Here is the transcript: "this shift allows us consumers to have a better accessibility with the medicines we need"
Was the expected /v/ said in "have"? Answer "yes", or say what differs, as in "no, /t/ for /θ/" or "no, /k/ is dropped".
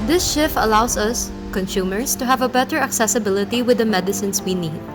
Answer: yes